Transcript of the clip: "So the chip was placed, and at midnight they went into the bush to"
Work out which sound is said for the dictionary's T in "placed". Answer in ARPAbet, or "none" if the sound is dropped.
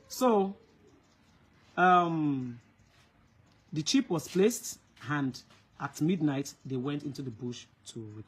T